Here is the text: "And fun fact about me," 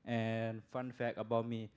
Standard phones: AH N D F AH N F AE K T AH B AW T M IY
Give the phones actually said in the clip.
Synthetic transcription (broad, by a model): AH N F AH N F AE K AH B AW T M IY